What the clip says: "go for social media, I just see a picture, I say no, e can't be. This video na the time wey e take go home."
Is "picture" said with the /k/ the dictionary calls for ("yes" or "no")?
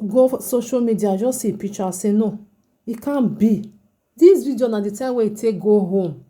no